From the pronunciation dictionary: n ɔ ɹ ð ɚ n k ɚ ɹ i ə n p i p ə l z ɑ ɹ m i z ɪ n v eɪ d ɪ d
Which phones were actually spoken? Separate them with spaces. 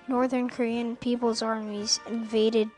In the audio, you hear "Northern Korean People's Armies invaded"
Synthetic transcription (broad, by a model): n ɔ ɹ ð ɚ n k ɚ ɹ i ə n p i p ə l z ɑ ɹ m i z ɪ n v eɪ d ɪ d